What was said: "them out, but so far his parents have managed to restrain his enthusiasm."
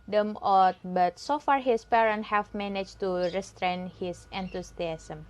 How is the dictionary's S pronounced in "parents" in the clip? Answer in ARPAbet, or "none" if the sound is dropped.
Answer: none